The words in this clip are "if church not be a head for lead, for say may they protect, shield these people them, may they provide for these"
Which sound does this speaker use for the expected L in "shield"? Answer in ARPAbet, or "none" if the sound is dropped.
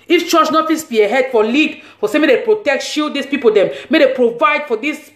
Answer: none